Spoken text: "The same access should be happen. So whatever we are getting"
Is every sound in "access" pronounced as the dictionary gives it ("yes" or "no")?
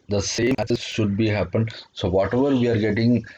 no